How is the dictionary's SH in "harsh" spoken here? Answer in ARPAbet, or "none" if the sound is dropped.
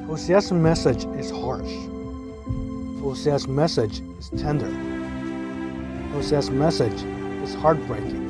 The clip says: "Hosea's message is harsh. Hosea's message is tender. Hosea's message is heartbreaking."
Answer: SH